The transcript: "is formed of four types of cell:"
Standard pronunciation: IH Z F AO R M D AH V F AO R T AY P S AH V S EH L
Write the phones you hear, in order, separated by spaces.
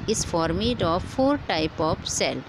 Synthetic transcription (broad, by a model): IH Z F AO R M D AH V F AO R T AY P AH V S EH L